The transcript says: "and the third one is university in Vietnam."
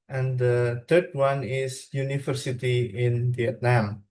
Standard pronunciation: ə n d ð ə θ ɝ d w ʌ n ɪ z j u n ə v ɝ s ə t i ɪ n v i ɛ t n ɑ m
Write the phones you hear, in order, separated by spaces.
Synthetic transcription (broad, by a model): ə n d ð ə t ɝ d w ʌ n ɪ s j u n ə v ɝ s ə t i ɪ n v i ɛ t n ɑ m